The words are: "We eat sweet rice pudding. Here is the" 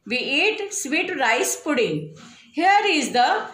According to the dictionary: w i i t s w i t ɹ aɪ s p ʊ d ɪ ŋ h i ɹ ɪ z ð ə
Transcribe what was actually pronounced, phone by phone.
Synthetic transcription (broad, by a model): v i i t s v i t ɹ aɪ s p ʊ d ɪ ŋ h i ɹ ɪ z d ə